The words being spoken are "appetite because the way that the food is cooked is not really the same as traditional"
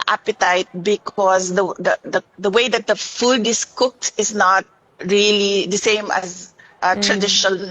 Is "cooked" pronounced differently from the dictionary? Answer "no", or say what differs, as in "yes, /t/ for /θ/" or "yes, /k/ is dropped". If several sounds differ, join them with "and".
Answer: no